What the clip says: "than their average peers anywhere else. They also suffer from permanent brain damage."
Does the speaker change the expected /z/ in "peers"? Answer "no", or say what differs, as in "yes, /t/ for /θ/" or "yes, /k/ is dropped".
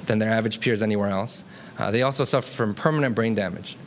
no